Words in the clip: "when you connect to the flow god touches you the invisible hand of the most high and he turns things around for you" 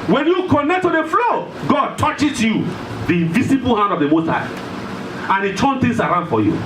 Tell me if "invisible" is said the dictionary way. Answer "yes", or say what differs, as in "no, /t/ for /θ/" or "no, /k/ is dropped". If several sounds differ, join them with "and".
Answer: no, /s/ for /z/